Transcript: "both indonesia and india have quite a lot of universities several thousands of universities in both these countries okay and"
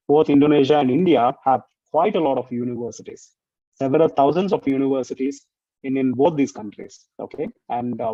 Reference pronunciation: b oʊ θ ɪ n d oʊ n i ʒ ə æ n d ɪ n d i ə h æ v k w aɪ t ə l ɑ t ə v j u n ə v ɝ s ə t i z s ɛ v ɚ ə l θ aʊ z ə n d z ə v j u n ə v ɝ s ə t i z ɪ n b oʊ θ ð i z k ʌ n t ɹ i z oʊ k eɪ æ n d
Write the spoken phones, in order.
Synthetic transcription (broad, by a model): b oʊ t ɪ n d oʊ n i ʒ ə æ n d ɪ n d i ə h æ v k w aɪ t ə l ɑ t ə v j u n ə v ɝ s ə t i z s ɛ v ɚ ə l t aʊ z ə n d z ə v j u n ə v ɝ s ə t i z ɪ n b oʊ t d i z k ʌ n t ɹ i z oʊ k eɪ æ n d